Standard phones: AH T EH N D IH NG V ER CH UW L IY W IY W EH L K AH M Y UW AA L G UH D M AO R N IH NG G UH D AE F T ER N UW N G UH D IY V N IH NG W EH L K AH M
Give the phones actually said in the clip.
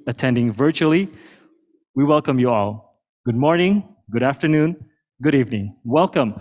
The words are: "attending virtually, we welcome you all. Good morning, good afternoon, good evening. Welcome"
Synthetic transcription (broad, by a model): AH T EH N D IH NG V ER CH UW L IY W IY W EH L K AH M Y UW AA L G UH D M AO R N IH NG G UH D AE F T ER N UW N G UH D IY V N IH NG W EH L K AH M